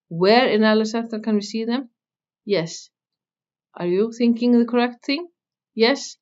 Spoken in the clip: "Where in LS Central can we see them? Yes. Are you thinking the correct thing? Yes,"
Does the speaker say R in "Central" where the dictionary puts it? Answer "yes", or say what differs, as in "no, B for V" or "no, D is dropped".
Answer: no, R is dropped